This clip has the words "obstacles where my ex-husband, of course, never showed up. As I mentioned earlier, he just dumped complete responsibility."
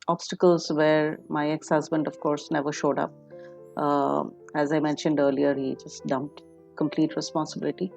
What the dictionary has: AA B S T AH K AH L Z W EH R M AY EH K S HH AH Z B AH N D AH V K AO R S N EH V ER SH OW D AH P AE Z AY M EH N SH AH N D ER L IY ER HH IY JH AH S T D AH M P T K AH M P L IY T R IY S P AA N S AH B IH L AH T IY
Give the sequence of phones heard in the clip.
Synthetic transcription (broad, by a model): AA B S T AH K AH L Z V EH R M AY EH K S HH AH Z B AH N D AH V K AO R S N EH V ER SH OW D AH P AE Z AY M EH N SH AH N D ER L IY ER HH IY JH AH S T D AH M P T K AH M P L IY T R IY S P AA N S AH B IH L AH T IY